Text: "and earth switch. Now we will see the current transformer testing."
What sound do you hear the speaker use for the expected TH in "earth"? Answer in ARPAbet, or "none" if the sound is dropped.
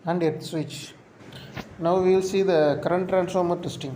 T